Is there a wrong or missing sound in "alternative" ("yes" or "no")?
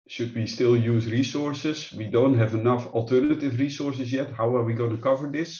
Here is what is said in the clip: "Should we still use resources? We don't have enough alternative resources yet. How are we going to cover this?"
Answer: no